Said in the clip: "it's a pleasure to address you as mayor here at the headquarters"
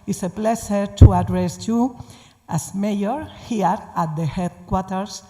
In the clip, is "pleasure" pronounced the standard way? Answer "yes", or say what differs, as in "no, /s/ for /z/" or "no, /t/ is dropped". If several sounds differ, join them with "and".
no, /ʃ/ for /ʒ/